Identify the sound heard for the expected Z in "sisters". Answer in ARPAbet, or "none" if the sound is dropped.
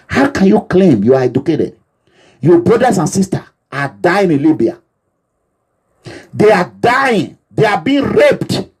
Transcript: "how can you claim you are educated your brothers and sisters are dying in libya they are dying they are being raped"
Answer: none